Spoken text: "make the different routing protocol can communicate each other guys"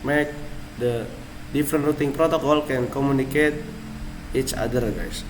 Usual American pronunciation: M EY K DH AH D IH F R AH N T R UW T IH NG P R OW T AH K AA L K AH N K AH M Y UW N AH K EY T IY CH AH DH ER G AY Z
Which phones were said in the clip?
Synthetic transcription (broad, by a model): M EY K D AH D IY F R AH N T R UW T IH NG P R OW T AH K AA L K AH N K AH M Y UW N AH K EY T IY CH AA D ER G AY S